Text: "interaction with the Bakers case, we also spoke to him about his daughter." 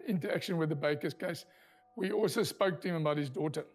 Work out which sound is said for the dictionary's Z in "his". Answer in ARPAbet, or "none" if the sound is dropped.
Z